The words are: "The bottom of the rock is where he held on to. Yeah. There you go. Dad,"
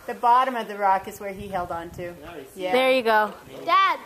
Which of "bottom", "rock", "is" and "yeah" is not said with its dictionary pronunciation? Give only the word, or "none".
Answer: none